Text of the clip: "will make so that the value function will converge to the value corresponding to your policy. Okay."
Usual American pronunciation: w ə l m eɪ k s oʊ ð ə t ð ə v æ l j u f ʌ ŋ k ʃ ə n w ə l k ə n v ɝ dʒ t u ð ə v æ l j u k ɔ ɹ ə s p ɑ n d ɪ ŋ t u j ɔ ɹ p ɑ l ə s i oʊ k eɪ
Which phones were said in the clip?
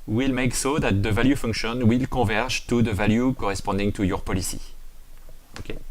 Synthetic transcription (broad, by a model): w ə l m eɪ k s oʊ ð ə t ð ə v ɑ l j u f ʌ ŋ k ʃ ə n w ə l k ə v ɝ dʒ t u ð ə v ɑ l j u k ɔ ɹ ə s p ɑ d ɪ ŋ t u j ɔ ɹ p ɑ l ə s i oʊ k eɪ